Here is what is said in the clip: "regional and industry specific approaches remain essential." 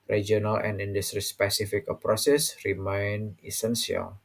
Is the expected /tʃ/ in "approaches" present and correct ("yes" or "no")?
no